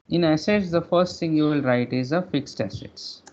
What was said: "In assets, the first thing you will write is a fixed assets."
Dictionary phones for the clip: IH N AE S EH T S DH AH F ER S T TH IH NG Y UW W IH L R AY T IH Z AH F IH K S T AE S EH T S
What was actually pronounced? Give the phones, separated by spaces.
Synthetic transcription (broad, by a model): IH N AE S EH T S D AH F ER S T T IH NG Y UW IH L R AY T IH Z AH F IH K S T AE S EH T S